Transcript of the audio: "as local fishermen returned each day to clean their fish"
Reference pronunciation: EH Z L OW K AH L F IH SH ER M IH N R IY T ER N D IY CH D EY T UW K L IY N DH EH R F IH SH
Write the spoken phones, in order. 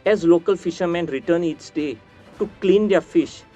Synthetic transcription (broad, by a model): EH Z L OW K AH L F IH SH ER M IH N R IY T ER N IY S D EY T UW K L IY N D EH R F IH SH